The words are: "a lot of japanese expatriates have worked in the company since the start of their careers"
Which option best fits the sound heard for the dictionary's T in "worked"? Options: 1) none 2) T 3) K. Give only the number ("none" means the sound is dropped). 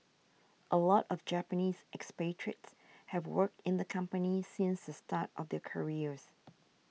2